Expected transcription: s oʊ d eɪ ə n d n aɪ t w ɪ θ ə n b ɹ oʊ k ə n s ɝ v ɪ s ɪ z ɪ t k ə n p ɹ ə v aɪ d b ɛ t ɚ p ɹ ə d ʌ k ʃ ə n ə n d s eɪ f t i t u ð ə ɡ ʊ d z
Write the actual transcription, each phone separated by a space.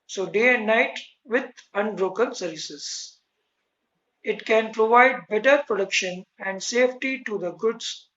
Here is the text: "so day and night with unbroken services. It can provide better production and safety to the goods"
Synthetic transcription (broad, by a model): s oʊ d eɪ ə n d n aɪ t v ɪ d ə n b ɹ oʊ k ə n s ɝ v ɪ s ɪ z ɪ t k ə n p ɹ ə v aɪ d b ɛ t ɚ p ɹ ə d ʌ k ʃ ə n ə n d s eɪ f t i t u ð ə ɡ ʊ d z